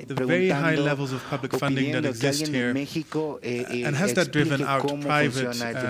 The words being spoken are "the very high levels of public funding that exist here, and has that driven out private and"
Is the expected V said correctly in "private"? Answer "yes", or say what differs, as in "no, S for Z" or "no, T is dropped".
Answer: yes